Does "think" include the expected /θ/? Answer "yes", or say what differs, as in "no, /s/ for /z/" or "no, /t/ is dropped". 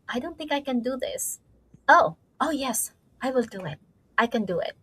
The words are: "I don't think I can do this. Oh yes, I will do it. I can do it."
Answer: yes